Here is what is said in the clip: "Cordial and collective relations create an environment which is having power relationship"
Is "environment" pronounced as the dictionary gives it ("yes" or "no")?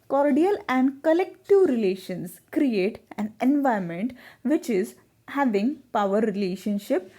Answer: no